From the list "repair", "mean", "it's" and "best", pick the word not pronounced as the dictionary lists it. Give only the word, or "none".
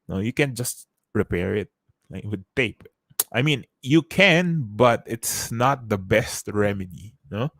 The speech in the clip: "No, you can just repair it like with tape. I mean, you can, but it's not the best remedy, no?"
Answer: none